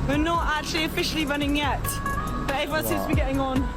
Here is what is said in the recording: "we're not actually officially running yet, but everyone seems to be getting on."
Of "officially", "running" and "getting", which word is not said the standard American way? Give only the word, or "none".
none